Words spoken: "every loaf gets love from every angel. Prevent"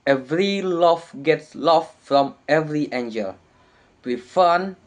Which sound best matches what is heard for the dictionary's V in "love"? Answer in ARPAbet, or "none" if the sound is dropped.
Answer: F